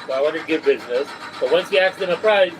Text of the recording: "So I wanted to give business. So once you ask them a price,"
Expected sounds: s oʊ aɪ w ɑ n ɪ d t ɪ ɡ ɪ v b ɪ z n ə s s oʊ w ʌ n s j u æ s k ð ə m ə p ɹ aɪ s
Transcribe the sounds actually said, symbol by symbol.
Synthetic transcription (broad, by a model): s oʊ aɪ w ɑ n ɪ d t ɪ ɡ ɪ v b ɪ z n ə s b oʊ w ʌ n s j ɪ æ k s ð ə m ə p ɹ aɪ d